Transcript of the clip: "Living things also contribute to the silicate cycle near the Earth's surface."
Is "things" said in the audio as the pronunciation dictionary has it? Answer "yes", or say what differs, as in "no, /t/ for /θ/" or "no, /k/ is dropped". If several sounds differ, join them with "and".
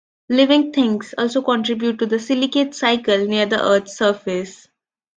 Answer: no, /t/ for /θ/ and /s/ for /z/